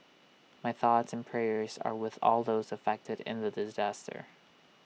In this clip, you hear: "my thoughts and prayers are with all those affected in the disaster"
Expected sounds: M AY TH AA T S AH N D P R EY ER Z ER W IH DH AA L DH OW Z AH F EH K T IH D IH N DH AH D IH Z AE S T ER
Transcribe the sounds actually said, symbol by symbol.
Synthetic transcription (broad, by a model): M AY TH AA T S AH N P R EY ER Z ER W IH DH AA L DH OW Z AH F EH K T IH D IH N DH AH D IH Z AE S T ER